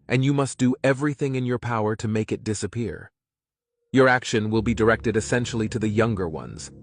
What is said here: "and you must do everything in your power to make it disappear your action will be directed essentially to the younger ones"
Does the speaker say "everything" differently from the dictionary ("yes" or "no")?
no